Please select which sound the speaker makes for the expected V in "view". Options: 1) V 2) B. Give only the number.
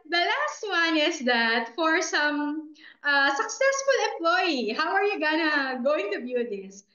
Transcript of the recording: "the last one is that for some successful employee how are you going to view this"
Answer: 2